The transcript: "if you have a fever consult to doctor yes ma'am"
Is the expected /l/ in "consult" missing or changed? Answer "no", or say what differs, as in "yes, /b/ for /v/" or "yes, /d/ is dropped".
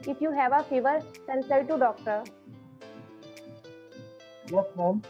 yes, /l/ is dropped